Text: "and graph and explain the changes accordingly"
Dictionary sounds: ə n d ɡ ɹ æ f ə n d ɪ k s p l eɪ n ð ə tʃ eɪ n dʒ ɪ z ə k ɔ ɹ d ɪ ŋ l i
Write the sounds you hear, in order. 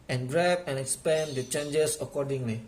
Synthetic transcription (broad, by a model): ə n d ɹ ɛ p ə n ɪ k s p eɪ n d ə tʃ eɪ n dʒ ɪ s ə k ɔ d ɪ ŋ l i